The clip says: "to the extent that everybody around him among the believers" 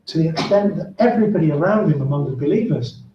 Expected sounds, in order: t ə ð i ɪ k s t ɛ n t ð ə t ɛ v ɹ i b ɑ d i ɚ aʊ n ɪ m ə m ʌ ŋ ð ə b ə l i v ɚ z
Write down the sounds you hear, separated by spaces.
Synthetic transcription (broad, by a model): t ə ð i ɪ k s t ɛ n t ð ə t ɛ v ɹ i b ɑ d i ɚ aʊ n ɪ m ə m ʌ ŋ ð ə b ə l i v ɚ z